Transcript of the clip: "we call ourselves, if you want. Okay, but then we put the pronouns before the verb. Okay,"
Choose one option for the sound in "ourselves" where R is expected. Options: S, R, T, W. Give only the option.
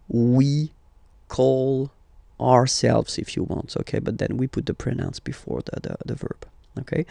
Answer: R